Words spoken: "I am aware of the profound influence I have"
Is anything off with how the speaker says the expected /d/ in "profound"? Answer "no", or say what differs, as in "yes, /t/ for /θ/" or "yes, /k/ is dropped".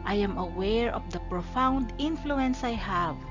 no